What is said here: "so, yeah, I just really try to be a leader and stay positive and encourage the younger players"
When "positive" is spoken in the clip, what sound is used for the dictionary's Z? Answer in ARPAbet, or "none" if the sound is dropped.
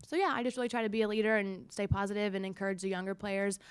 Z